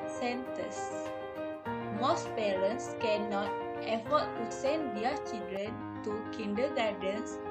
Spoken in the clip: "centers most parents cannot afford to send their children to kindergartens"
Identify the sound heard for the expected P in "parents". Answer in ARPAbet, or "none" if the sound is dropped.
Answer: P